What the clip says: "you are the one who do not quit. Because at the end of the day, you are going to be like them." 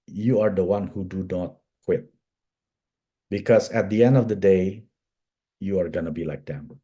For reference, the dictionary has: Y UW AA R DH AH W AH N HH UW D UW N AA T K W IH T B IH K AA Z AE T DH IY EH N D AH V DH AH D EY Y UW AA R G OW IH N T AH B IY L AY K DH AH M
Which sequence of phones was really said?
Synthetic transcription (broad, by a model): Y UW AA R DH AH W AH N HH UW D UW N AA T K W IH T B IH K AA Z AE T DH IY EH N D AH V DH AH D EY Y UW AA R G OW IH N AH B IY L AY K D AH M